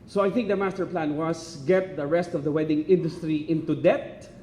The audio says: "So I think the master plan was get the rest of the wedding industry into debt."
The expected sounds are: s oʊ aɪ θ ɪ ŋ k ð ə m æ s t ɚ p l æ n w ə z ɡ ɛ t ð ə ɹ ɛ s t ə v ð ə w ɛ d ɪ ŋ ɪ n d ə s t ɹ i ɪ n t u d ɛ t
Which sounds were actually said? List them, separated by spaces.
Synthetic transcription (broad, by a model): s oʊ aɪ θ ɪ ŋ k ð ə m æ s t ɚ p l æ n w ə s ɡ ɛ t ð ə ɹ ɛ s t ə v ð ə w ɛ d ɪ ŋ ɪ n d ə s t ɹ i ɪ n t u d ɛ t